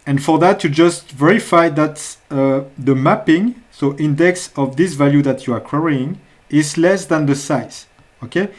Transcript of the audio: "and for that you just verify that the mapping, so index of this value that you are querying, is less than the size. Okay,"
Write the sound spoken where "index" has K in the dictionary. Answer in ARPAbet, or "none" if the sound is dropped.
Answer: K